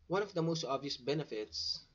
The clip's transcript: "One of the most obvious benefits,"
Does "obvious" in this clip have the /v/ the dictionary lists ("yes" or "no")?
yes